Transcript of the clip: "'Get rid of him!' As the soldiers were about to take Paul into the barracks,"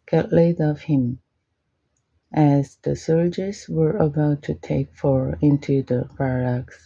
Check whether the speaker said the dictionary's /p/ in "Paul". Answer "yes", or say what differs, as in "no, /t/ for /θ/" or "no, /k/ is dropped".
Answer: no, /f/ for /p/